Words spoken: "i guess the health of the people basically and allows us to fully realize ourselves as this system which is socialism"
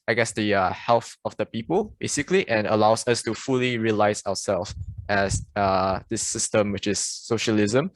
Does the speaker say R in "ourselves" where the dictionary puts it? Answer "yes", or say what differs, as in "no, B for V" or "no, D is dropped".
no, W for R